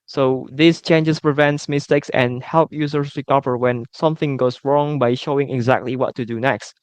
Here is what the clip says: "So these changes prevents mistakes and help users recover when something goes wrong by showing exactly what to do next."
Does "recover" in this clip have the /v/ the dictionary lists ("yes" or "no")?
no